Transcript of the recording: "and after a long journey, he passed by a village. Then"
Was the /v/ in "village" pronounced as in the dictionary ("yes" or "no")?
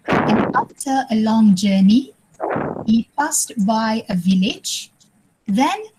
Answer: yes